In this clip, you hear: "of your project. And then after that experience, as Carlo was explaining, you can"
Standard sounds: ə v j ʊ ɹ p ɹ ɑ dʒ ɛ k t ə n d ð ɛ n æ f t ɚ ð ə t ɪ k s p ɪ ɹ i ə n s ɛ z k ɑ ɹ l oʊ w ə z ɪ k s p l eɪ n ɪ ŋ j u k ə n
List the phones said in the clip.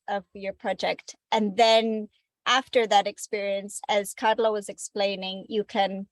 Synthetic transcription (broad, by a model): ə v j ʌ ɹ p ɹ ɑ dʒ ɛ k t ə n ð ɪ n æ f t ɚ ð ə t ɪ k s p ɪ ɹ i ə n s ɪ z k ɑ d l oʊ w ə z ɪ k s p l eɪ n ɪ ŋ j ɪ k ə n